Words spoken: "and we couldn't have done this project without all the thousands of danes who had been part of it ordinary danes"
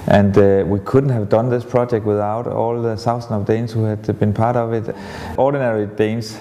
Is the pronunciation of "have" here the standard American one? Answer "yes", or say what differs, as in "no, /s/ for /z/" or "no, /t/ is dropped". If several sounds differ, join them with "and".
yes